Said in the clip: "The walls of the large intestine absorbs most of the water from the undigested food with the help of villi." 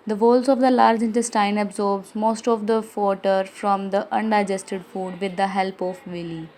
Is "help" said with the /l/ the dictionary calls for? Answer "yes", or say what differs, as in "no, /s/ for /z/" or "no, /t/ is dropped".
yes